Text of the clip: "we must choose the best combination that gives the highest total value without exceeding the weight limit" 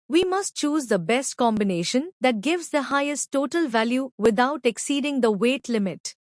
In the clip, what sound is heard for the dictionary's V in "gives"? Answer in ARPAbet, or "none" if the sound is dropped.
V